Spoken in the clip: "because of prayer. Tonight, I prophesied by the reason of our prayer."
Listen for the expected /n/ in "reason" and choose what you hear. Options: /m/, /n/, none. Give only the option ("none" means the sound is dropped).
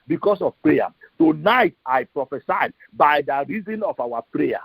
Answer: /n/